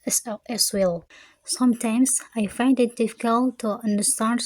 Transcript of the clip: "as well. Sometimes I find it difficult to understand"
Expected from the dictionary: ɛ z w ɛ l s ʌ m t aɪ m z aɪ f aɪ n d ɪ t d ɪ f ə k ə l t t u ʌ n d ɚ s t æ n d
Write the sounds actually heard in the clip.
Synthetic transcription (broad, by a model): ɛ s w ɛ l s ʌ m t aɪ m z aɪ f aɪ n d ɪ t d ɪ f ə k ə l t t u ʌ n d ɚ s t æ n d